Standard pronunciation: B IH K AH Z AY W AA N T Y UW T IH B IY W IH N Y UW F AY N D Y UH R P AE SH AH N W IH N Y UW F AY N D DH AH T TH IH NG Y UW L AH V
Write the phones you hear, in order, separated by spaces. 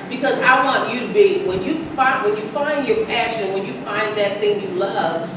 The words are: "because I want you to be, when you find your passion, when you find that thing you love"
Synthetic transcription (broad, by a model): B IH K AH Z AY W AA N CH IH T IH B IY W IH N Y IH F AY N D Y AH R P AE SH AH N W IH N Y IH F AY N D DH AH T TH IH NG Y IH L AH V